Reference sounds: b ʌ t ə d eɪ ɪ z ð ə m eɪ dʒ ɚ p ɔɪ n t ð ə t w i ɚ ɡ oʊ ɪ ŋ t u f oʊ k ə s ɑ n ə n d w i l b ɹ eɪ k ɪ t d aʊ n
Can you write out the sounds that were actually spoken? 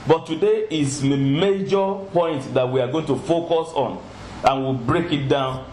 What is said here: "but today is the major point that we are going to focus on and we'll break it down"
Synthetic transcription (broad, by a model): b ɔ t ə d eɪ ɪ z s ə m eɪ dʒ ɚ p ɔɪ n t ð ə t w i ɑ ɡ oʊ ɪ ŋ t u f oʊ k ə s ɑ n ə n w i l b ɹ eɪ k ɪ t d aʊ n